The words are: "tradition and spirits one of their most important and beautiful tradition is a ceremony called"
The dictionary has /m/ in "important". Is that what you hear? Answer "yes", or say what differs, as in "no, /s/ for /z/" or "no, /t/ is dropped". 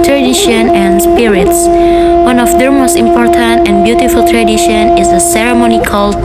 yes